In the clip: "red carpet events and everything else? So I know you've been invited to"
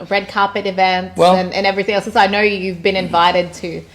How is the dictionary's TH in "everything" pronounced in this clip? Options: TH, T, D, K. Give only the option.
TH